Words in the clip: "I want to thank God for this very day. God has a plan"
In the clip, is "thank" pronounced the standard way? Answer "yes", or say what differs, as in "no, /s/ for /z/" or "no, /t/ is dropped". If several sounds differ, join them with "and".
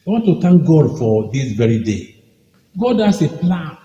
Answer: no, /t/ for /θ/